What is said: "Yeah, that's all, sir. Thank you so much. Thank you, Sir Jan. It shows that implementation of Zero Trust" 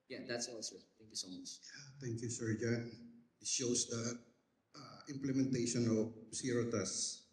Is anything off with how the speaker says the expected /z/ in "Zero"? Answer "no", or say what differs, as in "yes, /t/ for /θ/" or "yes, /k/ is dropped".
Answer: yes, /s/ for /z/